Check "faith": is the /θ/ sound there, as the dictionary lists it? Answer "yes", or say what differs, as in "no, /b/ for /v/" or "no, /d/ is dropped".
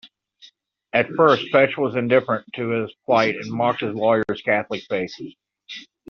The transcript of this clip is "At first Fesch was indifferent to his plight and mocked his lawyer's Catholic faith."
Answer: no, /s/ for /θ/